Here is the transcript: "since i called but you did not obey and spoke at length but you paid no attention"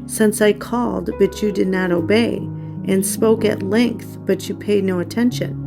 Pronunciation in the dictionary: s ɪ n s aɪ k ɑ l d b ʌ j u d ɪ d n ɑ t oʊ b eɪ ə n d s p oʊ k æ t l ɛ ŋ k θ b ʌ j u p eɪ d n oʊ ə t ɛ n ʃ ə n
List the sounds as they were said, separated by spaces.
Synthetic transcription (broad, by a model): s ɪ n s aɪ k ɑ l d b ʌ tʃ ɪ d ɪ d n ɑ t oʊ b eɪ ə n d s p oʊ k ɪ t l ɛ ŋ k θ b ʌ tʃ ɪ p eɪ d n oʊ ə t ɛ n ʃ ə n